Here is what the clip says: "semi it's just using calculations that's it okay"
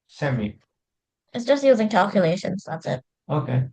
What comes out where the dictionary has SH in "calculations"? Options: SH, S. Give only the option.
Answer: SH